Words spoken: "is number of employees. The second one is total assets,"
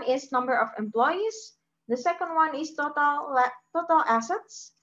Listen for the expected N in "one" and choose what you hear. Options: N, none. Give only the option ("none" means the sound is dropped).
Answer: N